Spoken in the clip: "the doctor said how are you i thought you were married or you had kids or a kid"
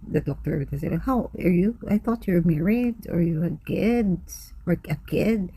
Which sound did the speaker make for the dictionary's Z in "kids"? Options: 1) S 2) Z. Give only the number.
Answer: 1